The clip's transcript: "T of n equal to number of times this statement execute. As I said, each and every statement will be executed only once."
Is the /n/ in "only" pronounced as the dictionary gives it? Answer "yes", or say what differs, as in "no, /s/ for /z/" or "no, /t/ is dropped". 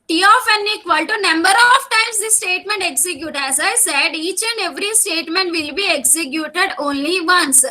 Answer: yes